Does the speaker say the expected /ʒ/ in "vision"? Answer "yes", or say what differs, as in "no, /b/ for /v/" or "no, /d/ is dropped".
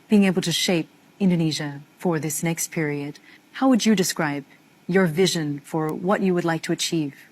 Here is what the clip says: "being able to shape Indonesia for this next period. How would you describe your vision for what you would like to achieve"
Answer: yes